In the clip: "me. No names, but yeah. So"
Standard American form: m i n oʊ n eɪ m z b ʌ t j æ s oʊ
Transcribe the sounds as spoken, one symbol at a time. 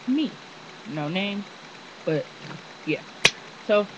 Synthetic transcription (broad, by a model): m i n oʊ n eɪ m b ʌ t j æ s oʊ